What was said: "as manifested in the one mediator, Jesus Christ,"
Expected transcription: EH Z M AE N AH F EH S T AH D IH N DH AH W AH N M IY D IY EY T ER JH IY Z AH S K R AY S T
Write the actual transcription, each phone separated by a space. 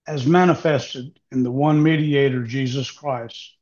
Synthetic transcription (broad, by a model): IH Z M AE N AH F EH S T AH D IH N DH AH W AH N M IY D IY EY T ER JH IY Z AH S K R AY S T